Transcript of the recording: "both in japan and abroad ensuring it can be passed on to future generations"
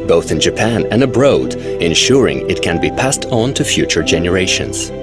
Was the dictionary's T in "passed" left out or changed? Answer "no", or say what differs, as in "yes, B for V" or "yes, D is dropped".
no